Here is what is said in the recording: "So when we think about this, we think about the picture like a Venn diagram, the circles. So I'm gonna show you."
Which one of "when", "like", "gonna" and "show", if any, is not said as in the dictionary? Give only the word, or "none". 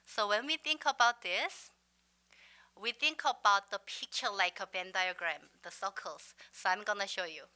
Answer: none